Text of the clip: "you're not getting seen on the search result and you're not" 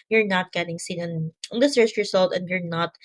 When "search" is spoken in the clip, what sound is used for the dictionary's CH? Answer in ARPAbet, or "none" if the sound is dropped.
S